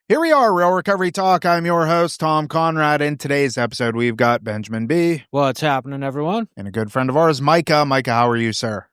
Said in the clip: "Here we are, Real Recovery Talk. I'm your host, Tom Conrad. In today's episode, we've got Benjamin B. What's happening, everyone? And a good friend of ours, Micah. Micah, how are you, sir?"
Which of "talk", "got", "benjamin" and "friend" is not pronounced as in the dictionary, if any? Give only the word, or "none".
none